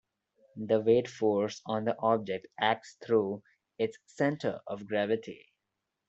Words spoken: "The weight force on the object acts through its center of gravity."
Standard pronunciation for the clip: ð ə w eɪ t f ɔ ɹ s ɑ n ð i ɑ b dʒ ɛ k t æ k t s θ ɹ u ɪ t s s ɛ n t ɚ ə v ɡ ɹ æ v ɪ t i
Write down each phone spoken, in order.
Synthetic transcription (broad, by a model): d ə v eɪ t f ɔ ɹ s ɑ n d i ɑ b dʒ ɛ k t æ k t s t ɹ u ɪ t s s ɛ n t ɚ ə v ɡ ɹ æ v ɪ t i